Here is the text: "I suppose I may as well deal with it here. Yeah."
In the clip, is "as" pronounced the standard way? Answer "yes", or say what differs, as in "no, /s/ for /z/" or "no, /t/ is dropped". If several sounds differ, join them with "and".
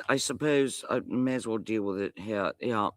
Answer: yes